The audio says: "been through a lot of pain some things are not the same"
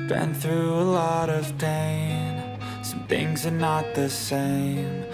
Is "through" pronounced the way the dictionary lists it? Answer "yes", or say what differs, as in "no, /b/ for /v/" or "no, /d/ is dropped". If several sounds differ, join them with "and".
yes